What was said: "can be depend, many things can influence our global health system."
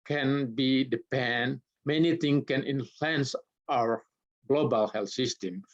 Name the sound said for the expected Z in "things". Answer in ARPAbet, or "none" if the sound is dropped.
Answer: none